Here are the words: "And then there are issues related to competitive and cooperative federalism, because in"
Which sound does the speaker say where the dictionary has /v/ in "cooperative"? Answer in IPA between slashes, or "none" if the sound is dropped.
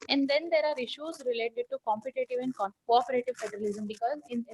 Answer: /v/